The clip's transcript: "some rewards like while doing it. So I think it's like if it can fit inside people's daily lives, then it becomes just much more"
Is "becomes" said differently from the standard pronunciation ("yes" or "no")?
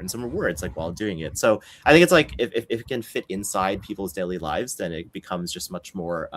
no